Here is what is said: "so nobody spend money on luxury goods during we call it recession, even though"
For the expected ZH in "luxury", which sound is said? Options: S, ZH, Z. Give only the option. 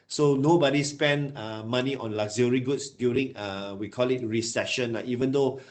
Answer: Z